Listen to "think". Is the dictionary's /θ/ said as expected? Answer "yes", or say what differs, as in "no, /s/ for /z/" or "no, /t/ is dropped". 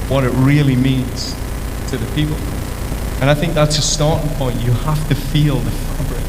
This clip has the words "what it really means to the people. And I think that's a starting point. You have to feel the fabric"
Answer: yes